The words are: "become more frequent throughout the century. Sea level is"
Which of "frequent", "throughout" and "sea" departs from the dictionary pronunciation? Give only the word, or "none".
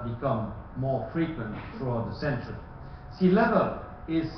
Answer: throughout